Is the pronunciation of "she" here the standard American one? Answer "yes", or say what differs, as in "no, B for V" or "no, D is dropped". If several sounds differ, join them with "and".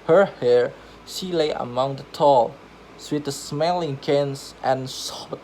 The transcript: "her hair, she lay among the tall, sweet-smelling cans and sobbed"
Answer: yes